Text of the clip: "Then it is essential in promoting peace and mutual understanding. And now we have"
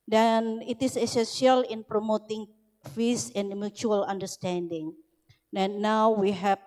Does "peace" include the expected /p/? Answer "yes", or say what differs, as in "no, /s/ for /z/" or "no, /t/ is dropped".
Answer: no, /f/ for /p/